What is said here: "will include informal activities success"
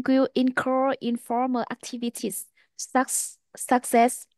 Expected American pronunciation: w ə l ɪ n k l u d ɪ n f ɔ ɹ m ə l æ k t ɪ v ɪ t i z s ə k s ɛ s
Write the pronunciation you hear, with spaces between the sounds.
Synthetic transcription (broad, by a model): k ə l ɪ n k ʌ ɪ n f ɔ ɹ m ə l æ k t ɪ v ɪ t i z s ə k s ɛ s